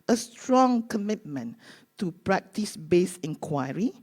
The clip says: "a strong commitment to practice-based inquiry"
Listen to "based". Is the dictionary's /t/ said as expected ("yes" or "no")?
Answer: no